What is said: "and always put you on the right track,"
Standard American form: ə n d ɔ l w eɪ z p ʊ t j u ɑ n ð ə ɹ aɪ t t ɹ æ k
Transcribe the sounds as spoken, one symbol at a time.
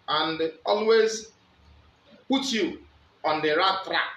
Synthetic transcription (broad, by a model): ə n d ɔ l w eɪ z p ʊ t j u ɑ n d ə ɹ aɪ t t ɹ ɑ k